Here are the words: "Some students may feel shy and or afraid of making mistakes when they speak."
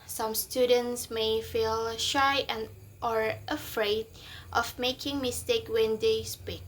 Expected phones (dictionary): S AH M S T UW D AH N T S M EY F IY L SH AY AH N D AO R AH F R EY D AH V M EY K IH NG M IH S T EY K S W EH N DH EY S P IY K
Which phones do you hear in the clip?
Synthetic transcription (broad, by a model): S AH M S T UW D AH N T S M EY F IY L SH AY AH N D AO R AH F R EY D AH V M EY K IH NG M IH S T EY K W EH N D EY S P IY K